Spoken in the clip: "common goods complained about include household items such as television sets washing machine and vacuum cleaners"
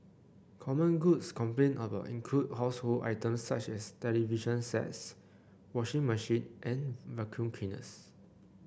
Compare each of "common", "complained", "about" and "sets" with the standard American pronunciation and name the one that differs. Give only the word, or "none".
complained